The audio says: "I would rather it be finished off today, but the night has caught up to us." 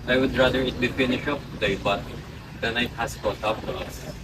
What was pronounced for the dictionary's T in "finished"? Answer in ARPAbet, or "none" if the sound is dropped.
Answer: none